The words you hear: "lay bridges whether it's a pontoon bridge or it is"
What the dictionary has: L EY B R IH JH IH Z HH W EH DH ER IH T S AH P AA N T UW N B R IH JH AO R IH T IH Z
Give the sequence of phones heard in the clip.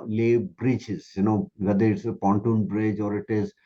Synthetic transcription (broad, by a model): L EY B R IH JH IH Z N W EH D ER IH T S AH P AA N T UW N B R IH JH AO R IH T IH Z